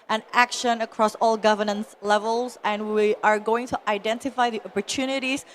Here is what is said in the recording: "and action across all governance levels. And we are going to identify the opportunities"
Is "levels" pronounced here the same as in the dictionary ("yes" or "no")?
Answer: yes